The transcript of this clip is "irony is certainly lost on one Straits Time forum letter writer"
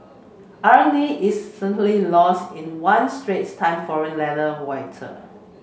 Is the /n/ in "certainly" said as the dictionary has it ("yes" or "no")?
no